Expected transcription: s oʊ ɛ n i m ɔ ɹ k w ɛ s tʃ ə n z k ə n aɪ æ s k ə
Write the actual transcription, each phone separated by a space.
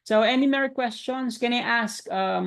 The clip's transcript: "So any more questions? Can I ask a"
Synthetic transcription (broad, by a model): s oʊ ɛ n i m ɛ ɹ k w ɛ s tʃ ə n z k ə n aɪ æ s k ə